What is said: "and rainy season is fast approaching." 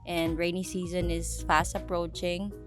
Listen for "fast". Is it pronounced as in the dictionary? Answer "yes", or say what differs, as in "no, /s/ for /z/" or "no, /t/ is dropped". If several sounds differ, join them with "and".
yes